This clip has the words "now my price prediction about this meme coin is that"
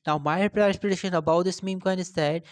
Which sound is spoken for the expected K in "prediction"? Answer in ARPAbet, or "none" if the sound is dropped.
none